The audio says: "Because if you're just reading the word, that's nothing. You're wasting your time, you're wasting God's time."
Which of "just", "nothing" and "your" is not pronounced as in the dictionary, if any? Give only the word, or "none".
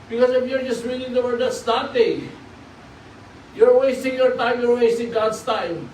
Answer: nothing